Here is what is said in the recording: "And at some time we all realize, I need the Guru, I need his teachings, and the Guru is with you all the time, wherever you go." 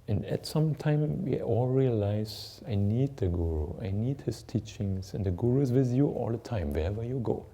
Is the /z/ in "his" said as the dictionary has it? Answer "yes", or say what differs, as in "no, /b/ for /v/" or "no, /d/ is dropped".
no, /s/ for /z/